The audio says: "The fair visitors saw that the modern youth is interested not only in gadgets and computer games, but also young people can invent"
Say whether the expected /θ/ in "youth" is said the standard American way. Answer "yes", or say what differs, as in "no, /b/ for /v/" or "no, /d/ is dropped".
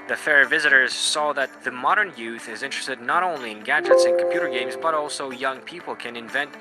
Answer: yes